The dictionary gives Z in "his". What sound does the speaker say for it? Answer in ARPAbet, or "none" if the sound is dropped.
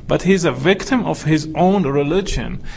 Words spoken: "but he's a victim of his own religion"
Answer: Z